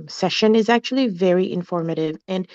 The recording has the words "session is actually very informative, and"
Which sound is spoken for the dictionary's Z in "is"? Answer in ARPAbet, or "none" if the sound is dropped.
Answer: Z